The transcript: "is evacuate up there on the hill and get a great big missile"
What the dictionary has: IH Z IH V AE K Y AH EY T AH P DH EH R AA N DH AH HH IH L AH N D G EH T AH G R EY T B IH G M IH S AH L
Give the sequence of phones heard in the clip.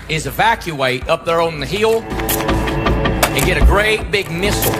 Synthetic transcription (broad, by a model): IH Z IH V AE K Y AH EY T AH P DH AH R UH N DH AH HH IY L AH N G EH T AH G R EY T B IH G M IH S